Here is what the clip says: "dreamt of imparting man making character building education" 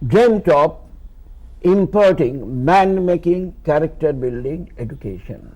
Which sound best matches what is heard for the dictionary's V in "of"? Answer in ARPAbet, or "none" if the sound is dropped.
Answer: P